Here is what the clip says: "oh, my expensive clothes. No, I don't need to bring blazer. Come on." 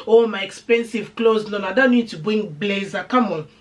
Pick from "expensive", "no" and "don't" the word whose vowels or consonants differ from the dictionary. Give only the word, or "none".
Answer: no